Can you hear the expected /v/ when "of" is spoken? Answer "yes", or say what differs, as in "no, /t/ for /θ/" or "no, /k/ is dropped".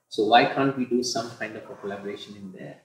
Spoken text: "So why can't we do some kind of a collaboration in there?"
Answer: no, /p/ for /v/